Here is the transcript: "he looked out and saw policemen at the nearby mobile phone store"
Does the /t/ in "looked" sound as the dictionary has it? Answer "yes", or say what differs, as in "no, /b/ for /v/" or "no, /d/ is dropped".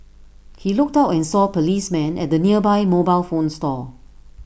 yes